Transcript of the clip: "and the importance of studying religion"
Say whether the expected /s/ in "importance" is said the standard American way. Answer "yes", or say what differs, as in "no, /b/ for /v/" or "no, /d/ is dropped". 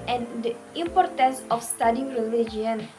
yes